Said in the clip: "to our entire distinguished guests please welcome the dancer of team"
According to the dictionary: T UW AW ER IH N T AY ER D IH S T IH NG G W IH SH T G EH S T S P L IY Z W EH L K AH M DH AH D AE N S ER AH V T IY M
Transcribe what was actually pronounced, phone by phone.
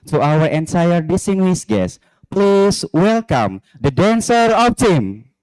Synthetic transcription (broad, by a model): T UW AW ER IH N T AY ER D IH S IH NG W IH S G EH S S P L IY S W EH L K AH M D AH D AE N S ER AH P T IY M